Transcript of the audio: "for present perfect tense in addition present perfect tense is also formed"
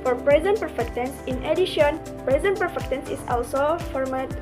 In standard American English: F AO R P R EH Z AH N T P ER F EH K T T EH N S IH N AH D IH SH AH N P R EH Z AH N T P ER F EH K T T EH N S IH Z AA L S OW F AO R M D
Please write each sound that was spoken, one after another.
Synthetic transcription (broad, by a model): F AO R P R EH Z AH N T P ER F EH K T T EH N S IH N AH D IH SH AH N P R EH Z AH N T P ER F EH K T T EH N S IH S AA L S OW F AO R M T